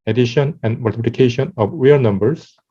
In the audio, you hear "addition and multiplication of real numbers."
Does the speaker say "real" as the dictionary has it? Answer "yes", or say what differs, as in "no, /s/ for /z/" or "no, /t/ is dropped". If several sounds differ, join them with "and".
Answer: no, /w/ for /ɹ/